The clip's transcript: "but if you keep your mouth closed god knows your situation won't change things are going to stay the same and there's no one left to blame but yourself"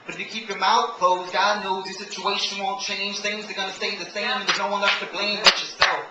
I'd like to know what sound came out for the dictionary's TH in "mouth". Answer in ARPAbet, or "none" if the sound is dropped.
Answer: T